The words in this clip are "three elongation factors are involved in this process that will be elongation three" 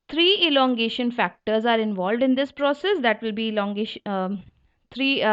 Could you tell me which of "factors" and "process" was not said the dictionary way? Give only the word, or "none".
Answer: none